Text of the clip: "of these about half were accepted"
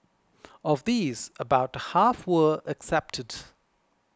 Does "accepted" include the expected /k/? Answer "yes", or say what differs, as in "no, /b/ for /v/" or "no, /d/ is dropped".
yes